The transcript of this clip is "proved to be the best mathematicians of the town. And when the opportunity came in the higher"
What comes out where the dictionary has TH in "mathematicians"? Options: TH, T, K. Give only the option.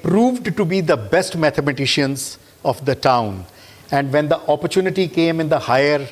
T